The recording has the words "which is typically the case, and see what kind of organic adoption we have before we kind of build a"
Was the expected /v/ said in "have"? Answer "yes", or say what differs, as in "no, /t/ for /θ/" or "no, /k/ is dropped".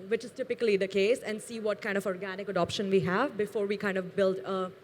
yes